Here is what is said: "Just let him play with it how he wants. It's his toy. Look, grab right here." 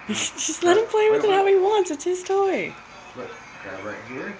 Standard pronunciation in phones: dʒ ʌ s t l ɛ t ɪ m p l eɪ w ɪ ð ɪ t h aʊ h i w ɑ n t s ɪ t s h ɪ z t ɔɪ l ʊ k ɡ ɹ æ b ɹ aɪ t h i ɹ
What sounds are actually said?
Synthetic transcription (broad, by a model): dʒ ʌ s t l ɛ t ɪ m p l eɪ w ɪ ð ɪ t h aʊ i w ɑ n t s ɪ t s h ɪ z t ɔɪ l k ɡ æ ɹ aɪ t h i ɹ